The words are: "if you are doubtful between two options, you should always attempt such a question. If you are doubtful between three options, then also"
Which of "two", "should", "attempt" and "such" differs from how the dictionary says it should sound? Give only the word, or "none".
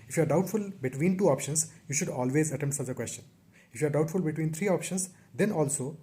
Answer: attempt